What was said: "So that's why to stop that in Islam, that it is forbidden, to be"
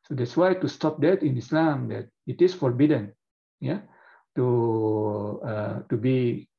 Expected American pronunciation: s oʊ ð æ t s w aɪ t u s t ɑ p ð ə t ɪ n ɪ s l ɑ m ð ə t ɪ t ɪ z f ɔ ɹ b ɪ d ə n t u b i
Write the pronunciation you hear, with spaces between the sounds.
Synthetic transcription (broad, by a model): s oʊ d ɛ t s w aɪ t u s t ɑ p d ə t ɪ n ɪ s l ɑ m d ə t ɪ t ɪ s f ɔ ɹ b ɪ d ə n t u b i